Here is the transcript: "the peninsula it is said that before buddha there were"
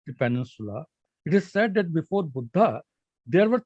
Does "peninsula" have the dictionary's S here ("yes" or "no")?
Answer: yes